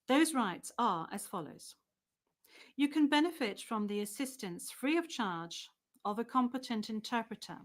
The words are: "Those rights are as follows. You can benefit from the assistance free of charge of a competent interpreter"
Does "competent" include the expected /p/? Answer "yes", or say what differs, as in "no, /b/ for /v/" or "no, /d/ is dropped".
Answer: yes